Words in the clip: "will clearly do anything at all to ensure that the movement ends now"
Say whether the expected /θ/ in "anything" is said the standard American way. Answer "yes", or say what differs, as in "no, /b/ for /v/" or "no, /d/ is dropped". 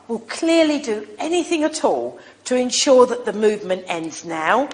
yes